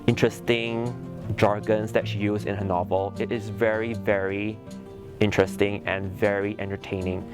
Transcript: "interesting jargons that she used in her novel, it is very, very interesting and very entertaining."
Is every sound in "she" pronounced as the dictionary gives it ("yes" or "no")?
yes